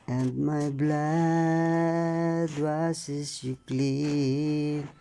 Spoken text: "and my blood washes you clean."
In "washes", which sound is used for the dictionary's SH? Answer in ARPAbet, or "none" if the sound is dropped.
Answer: S